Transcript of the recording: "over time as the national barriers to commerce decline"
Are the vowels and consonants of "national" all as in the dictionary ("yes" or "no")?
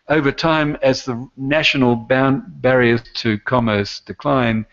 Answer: no